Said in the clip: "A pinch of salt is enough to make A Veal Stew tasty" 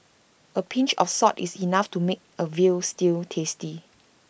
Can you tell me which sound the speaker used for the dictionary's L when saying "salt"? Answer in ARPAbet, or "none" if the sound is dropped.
none